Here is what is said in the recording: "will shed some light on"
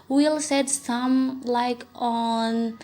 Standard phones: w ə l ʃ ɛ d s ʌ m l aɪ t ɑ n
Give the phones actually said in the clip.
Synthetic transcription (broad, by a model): w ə l s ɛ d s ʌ m l aɪ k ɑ n